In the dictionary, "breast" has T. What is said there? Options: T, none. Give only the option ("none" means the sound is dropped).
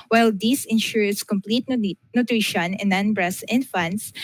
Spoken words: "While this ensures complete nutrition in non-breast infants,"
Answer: none